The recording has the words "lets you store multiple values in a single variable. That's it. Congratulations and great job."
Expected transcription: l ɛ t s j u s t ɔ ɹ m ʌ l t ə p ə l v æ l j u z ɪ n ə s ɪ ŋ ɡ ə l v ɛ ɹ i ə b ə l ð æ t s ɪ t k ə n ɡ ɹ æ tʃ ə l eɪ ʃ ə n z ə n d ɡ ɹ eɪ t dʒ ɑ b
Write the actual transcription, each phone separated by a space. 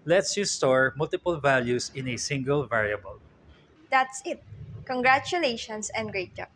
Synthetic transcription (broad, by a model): l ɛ t s j u s t ɔ ɹ m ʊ l t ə p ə l v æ l j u s ɪ n ə s ɪ ŋ ɡ ə l v ɛ ɹ i ə b ə l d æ t s ɪ t k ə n ɡ ɹ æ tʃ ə l eɪ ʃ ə n s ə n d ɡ ɹ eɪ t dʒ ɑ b